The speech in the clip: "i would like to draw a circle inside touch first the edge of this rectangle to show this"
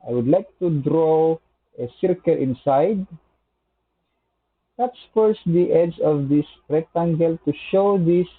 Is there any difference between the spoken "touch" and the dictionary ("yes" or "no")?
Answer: yes